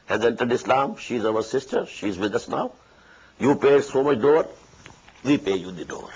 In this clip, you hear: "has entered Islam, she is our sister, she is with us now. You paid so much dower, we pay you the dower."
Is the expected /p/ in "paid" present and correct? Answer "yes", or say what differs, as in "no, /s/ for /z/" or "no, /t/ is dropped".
yes